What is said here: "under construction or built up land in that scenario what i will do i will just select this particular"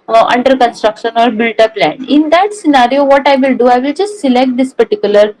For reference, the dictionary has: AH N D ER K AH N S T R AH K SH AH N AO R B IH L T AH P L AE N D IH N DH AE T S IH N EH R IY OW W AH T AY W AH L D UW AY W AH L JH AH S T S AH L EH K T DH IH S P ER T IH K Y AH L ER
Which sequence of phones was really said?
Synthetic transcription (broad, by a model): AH N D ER K AH N S T R AH K SH AH N AO R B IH L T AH P L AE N IH N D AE T S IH N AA R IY OW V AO T AY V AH L D UW AY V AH L JH AH S T S AH L EH K T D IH S P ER T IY K Y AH L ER